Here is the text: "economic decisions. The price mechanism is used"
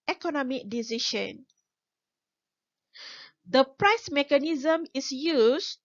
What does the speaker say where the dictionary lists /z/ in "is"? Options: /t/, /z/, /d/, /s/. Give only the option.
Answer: /s/